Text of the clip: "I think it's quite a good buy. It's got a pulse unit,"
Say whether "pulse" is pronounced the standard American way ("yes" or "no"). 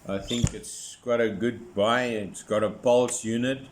yes